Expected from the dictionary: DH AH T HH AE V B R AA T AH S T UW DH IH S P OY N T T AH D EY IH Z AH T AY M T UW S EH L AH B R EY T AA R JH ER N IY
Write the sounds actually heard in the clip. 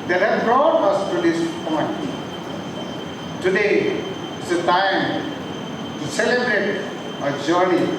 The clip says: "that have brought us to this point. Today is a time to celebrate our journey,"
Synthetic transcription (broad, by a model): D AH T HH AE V B R AA T AH S T UW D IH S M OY T T AH D EY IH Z AH T AY M T UW S EH L AH B R EY T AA JH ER N IY